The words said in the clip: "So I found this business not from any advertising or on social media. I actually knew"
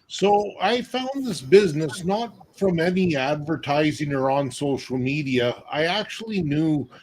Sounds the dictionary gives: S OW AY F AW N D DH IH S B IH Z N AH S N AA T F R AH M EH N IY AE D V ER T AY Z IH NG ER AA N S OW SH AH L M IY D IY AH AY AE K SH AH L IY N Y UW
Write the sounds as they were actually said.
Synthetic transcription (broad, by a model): S OW AY F AW N DH IH S B IH Z N AH S N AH T F R AH M EH N IY AE D V ER T AY Z IH NG ER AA N S OW SH L M IY D IY AH AY AE K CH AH L IY N Y UW